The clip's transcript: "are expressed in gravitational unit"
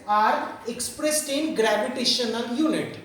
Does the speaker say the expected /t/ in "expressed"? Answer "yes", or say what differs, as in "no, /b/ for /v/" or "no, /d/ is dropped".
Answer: yes